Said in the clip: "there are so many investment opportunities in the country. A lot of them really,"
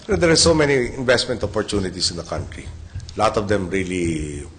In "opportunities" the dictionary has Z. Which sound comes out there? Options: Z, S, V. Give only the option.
S